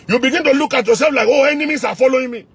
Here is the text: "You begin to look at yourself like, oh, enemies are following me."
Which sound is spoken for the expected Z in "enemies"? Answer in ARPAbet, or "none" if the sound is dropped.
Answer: S